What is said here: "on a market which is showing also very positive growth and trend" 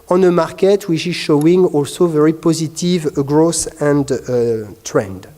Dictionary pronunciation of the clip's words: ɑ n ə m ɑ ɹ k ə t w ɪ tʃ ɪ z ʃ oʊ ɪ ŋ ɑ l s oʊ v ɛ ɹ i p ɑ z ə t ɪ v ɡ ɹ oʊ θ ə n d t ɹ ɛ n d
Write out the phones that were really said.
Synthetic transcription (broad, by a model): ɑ n ə m ɑ ɹ k ə t w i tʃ ɪ z ʃ oʊ ɪ ŋ ɑ l s oʊ v ɛ ɹ i p ɑ z ə t ɪ v ɡ ɹ oʊ s ə n d t ɹ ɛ n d